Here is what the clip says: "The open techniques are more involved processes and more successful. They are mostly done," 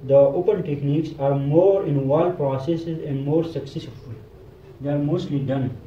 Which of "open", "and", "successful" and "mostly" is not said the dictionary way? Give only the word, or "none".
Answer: successful